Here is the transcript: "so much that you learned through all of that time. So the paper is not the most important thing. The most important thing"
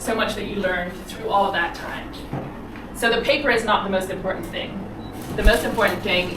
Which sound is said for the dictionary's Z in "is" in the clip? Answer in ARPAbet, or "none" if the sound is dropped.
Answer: Z